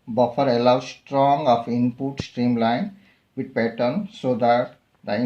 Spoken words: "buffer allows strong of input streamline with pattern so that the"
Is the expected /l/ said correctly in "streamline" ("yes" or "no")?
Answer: yes